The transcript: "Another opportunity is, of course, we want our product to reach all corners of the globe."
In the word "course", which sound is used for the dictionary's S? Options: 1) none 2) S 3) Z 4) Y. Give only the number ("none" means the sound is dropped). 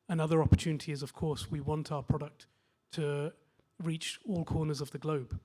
2